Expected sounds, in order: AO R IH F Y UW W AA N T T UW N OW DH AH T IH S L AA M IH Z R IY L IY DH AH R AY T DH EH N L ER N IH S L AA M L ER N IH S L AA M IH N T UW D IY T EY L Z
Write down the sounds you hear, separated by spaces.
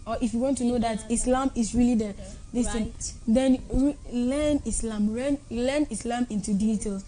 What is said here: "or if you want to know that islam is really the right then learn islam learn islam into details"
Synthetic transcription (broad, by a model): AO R IH F Y UW W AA N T T UW N OW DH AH T IH S L AA M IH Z R IY L IY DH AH L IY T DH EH N L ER N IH S L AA M L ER N IH S L AA M IH N T UW D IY T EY L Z